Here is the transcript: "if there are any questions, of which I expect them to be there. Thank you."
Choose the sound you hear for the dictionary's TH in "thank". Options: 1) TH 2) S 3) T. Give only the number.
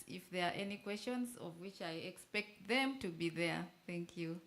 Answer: 1